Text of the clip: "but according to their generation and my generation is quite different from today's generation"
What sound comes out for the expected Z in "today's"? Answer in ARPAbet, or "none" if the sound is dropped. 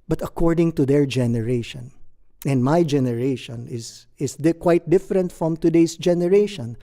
S